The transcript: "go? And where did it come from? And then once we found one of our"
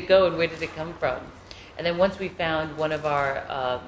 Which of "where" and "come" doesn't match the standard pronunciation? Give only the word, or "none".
none